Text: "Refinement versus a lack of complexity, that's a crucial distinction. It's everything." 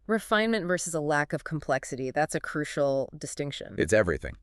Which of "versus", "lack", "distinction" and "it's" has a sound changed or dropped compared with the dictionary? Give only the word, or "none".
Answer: none